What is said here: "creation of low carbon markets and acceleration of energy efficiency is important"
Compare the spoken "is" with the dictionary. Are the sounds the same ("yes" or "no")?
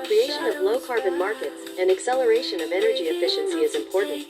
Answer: yes